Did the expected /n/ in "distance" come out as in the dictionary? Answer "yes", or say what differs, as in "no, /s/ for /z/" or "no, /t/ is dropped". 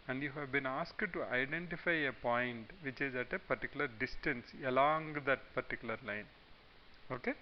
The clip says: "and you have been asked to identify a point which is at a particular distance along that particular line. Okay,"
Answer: yes